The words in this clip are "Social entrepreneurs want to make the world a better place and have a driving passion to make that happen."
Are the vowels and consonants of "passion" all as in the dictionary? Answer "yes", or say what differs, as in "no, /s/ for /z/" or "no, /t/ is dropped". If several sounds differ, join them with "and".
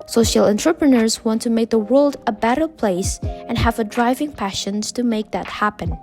yes